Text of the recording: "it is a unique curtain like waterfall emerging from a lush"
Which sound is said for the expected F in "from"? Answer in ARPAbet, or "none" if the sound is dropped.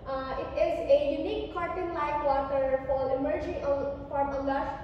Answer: P